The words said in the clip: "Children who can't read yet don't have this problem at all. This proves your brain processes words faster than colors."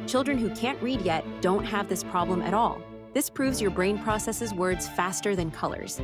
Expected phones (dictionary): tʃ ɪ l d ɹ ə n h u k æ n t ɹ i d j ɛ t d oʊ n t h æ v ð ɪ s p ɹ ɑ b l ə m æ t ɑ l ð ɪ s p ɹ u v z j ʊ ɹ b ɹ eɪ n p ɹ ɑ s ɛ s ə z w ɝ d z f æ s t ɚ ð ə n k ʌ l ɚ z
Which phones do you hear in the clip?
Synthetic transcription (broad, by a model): tʃ ɪ l d ɹ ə n h u k æ n t ɹ i d j ɛ t d oʊ n t h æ v ð ɪ s p ɹ ɑ b l ə m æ t ɑ l ð ɪ s p ɹ u v z j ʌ ɹ b ɹ eɪ n p ɹ ɑ s ɛ s ə z w ɝ d z f æ s t ɚ ð ə n k ʌ l ɚ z